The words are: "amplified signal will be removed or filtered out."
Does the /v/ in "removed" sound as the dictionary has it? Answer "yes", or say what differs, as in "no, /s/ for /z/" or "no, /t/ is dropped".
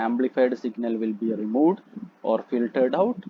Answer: yes